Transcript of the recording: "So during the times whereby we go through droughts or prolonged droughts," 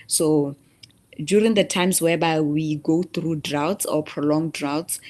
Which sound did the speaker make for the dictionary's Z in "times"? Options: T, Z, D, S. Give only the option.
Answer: S